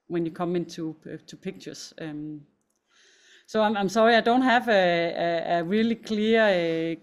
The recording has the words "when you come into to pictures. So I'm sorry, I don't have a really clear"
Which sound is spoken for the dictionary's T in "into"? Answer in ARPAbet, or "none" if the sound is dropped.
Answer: S